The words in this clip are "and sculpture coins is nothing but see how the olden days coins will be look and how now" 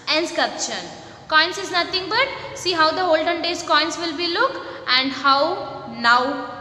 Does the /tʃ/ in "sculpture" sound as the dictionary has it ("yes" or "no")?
no